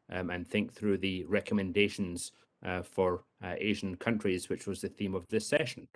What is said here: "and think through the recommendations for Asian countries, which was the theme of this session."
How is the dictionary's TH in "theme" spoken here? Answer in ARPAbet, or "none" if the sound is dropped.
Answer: TH